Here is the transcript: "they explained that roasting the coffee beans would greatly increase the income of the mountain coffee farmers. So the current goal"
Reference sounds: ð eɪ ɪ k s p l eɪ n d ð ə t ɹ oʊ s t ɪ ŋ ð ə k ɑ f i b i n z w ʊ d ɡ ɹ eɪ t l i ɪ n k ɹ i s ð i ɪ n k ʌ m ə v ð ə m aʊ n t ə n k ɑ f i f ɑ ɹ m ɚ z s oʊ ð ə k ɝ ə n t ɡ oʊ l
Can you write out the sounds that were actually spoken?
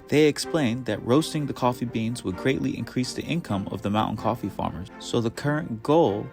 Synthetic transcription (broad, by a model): ð eɪ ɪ k s p l eɪ n ð ə t ɹ oʊ s t ɪ ŋ ð ə k ɑ f i b i n z w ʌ d ɡ ɹ eɪ t l i ɪ n k ɹ i s ð i ɪ n k ʌ m ə v ð ə m aʊ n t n k ɑ f i f ɑ ɹ m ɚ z s oʊ ð ə k ɝ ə n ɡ oʊ l